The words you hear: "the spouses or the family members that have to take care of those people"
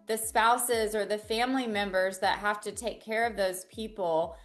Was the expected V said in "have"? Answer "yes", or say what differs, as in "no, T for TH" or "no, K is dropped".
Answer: no, F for V